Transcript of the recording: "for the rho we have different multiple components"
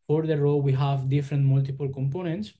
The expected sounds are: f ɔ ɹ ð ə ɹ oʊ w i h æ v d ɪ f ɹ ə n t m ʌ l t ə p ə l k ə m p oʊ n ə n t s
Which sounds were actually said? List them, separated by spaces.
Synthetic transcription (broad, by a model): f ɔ ɹ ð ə ɹ oʊ w i h æ v d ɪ f ɹ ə n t m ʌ l t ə p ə l k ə m p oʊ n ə n t s